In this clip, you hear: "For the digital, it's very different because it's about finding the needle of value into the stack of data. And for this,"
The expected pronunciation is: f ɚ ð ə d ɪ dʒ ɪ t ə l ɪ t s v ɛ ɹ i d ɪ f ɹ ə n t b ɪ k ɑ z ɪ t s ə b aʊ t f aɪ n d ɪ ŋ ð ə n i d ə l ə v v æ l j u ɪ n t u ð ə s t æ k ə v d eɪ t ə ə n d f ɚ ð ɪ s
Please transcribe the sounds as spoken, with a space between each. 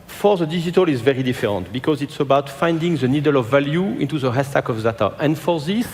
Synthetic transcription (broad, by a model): f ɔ ð ə d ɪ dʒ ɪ t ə l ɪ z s v ɛ ɹ i d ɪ f ɹ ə n t b ɪ k ɑ z ɪ t s ə b aʊ t f aɪ n d ɪ ŋ ð ə n i d ə l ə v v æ l j u ɪ n t u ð ə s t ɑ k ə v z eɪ t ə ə n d f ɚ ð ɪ s